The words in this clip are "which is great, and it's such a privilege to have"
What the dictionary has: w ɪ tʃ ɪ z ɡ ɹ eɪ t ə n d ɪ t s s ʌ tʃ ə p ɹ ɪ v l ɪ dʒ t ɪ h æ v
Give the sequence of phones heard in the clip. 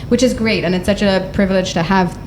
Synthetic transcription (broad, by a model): w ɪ tʃ ɪ z ɡ ɹ eɪ t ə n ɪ t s s ʌ tʃ ə p ɹ ɪ v l ɪ dʒ t ɪ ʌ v